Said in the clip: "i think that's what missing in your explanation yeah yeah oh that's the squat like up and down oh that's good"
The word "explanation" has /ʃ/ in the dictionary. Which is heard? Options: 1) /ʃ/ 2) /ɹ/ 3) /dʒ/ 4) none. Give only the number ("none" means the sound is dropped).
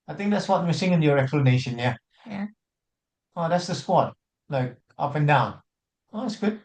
1